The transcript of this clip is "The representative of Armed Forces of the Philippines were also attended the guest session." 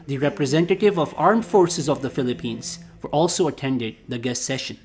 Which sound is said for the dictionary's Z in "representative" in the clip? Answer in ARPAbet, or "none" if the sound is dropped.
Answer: Z